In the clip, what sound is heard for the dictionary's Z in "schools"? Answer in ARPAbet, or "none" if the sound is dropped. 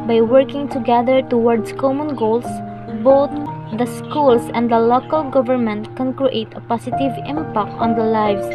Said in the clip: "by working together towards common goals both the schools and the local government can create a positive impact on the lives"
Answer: S